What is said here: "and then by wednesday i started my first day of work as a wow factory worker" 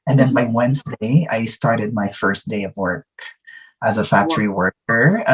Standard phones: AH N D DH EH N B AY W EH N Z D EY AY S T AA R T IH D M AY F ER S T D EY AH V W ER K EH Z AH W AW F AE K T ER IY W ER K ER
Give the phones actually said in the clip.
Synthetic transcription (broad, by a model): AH N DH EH N B AY W EH N Z D EY AY S T AA R T IH D M AY F ER S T D EY AH V W ER K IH Z AH F AE K T ER IY W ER K ER